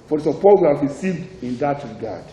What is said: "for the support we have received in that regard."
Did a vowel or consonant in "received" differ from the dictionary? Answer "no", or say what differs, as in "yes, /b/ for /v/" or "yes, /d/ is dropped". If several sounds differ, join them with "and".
no